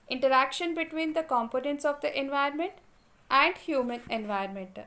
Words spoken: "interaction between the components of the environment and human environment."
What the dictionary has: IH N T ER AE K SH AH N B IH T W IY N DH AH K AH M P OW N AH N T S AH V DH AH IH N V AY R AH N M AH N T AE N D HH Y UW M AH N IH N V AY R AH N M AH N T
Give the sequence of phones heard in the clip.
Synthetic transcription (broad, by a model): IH N T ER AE K SH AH N B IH T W IY N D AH K AH M P OW N AH N T S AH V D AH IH N V AY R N M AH N T AE N D HH Y UW M AH N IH N V AY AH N M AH N T